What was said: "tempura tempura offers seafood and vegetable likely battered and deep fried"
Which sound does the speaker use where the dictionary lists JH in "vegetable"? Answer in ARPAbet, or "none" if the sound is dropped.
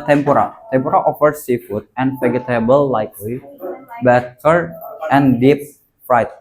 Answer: none